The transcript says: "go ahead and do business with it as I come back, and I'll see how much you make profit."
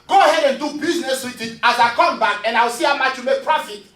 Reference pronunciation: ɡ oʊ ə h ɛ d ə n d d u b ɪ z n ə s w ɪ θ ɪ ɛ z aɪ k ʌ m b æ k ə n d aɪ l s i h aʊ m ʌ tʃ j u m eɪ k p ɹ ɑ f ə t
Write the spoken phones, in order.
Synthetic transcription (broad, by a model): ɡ oʊ ə h ɛ d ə n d d u b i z n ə s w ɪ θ ɪ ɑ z aɪ k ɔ m b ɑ k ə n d aɪ w s i h aʊ m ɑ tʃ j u m eɪ k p ɹ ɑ f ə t